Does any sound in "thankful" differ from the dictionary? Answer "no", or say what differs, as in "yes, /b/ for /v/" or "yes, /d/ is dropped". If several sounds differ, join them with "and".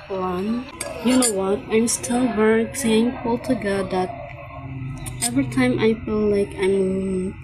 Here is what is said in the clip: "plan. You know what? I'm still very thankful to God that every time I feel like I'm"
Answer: yes, /f/ is dropped